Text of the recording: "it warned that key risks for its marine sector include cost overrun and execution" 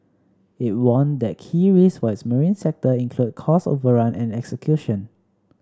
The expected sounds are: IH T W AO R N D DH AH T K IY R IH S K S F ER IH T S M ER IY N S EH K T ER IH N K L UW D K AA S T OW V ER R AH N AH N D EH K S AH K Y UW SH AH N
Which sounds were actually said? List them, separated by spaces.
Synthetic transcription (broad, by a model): IH T W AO N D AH T K IY R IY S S F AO IH T S M ER IY N S EH K T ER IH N K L UW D K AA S OW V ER R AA N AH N EH K S AH K Y UW SH AH N